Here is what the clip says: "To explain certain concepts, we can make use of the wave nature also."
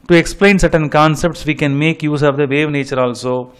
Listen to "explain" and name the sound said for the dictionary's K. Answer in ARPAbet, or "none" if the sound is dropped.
K